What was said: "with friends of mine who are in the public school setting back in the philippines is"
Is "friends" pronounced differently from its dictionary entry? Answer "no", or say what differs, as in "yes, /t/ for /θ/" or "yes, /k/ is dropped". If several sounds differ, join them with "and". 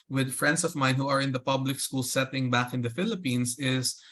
yes, /s/ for /z/